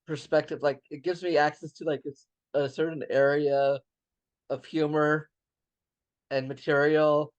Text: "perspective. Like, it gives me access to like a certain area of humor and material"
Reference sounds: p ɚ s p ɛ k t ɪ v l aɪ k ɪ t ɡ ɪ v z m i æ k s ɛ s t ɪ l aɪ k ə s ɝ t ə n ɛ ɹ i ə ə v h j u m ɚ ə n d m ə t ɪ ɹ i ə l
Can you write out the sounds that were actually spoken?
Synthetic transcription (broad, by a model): p ɚ s p ɛ k t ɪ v l aɪ k ɪ t ɡ ɪ v z m i æ k s ɛ s t ɪ l aɪ k ə s ɝ t n ɛ ɹ i ə ə v h j u m ɚ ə n m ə t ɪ ɹ i l